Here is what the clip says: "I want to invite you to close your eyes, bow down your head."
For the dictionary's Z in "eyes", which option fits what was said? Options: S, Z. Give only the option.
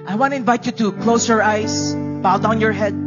S